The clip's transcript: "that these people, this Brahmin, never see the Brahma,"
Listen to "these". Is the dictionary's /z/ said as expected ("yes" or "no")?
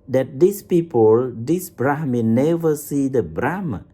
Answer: no